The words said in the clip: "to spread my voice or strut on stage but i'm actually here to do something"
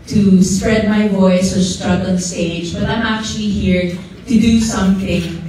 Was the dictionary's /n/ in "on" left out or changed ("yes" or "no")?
yes